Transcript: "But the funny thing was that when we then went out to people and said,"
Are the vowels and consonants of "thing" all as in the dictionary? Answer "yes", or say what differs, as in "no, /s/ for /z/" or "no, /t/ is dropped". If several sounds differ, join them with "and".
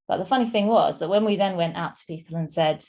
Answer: yes